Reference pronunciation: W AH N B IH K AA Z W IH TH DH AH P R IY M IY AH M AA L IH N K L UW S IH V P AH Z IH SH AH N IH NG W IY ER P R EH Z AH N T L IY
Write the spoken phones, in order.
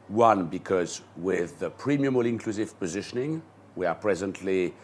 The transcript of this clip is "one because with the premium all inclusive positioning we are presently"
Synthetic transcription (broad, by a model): W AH N B IH K AA Z W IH DH AH P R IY M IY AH M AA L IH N K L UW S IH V P AH Z IH SH AH N IH NG W IY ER P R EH Z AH N T L IY